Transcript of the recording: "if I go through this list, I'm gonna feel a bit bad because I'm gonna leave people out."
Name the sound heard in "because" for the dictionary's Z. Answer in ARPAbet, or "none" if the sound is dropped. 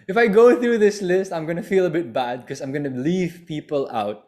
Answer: none